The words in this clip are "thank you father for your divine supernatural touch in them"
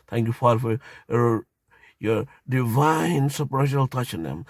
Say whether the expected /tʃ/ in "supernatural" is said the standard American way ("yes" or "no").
no